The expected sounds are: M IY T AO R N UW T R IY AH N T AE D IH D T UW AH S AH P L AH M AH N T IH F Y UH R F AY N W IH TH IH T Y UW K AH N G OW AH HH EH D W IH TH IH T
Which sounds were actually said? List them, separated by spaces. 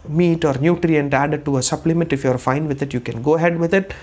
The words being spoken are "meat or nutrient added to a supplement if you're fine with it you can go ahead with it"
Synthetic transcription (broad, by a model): M IY T AO R N UW T R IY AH N T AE D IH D T UW AH S AH P L AH M AH N T IH F Y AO R F AY N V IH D IH T Y UW K AH N G OW AH HH EH D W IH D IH T